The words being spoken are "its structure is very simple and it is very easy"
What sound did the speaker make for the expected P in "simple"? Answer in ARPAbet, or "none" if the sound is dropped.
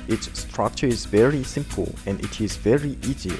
P